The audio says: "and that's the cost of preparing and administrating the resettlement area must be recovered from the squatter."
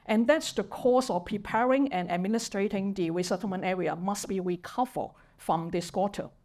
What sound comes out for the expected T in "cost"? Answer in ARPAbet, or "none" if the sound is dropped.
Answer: none